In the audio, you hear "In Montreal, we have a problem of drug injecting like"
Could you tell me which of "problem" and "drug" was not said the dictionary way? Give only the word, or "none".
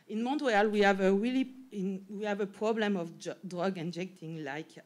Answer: none